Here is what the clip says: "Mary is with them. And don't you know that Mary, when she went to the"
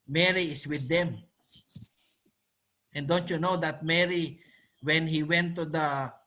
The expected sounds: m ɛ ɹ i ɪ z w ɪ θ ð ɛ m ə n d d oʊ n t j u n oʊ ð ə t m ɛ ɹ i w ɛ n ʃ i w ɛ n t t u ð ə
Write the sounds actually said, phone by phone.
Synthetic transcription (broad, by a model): m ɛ ɹ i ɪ s w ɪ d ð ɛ m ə n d d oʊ n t j u n oʊ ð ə t m ɛ ɹ i w ɛ n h i w ɛ n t t u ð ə